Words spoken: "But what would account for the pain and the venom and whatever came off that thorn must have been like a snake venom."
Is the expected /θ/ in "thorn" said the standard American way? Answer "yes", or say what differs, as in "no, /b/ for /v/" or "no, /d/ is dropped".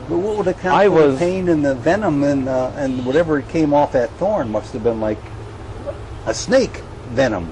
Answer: yes